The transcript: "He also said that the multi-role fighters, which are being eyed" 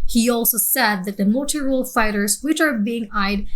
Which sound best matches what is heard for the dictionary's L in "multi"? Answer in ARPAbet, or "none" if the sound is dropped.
none